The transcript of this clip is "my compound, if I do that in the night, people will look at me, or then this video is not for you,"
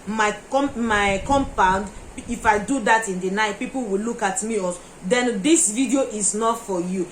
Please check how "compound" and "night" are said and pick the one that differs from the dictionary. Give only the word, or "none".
none